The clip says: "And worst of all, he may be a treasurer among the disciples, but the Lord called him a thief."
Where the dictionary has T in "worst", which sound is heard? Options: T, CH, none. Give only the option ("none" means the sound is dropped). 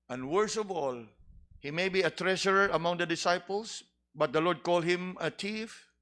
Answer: none